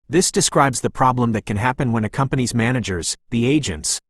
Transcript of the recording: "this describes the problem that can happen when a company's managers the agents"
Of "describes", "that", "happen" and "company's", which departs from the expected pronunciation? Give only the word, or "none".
none